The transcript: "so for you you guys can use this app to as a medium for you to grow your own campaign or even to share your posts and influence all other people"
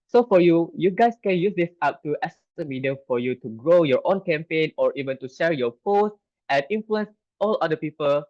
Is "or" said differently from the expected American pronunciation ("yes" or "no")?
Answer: no